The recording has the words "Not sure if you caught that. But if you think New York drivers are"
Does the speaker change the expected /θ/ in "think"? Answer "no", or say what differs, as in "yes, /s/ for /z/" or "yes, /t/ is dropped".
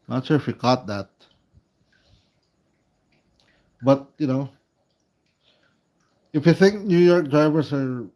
no